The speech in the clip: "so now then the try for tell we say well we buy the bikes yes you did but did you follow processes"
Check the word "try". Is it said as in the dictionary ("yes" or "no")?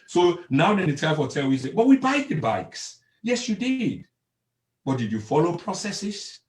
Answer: no